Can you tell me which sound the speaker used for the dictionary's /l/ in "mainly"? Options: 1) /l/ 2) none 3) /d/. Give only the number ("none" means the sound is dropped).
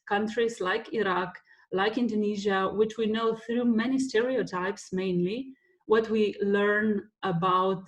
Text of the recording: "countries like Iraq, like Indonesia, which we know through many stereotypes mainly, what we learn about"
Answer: 1